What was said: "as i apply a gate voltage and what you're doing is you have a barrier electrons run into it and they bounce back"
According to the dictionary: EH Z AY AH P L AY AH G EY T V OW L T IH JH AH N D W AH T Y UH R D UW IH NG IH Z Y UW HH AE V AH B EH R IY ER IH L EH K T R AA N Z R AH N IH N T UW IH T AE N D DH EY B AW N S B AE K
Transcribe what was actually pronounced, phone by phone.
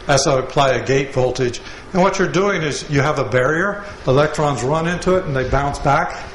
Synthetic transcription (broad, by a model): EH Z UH AH P L AY AH G EY T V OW L T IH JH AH N W AH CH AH R D UW IH NG IH Z Y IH V AH B EH R IY ER IH L EH K T R AA N Z R AH N IH N T UW IH T N DH EY B AW N S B AE K